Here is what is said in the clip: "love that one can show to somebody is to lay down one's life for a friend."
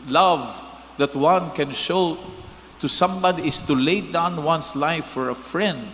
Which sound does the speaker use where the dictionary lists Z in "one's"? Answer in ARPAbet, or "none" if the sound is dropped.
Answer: S